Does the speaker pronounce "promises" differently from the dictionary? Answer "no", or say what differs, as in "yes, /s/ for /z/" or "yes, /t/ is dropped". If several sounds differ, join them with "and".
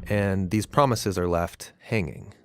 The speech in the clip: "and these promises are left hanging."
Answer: no